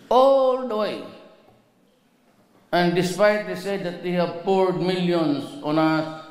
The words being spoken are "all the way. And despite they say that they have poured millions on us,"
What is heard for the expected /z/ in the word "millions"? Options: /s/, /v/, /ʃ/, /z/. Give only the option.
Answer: /s/